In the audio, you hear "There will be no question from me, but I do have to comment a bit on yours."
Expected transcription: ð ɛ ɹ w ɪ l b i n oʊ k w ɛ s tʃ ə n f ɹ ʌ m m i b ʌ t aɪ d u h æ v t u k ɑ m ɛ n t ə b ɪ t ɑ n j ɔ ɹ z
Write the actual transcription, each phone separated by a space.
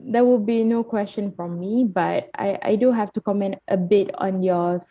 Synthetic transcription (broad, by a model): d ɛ w ɪ l b i n oʊ k w ɛ s tʃ ə n f ɹ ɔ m m i b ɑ t aɪ d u h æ f t u k ɑ m ɛ n t ə b ɪ t ɑ n j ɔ